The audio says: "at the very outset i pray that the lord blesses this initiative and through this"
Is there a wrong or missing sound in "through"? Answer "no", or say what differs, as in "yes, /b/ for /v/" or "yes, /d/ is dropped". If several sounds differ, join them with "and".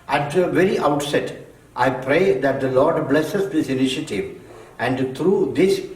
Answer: yes, /t/ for /θ/